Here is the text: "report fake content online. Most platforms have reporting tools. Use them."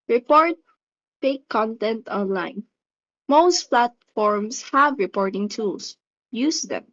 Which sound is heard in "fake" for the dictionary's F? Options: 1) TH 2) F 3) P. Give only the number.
3